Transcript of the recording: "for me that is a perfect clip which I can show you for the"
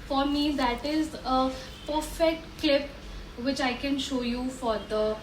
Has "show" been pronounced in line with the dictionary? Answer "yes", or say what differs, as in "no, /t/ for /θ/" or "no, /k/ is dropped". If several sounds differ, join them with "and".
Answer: yes